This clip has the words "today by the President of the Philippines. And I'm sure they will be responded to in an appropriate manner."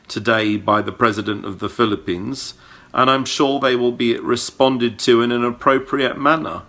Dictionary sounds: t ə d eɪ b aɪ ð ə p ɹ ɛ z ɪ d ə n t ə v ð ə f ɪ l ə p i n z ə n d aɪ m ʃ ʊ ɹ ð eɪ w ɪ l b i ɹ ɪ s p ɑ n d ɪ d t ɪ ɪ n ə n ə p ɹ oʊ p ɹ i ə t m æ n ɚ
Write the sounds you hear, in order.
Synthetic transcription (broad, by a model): t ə d eɪ b aɪ ð ə p ɹ ɛ z ɪ d ə n t ə v ð ə f ɪ l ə p i n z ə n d aɪ m ʃ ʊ ɹ ð eɪ w ɪ l b i ɹ ɪ s p ɑ n d ɪ d t ɪ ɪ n ə n ə p ɹ oʊ p ɹ i ə t m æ n ɚ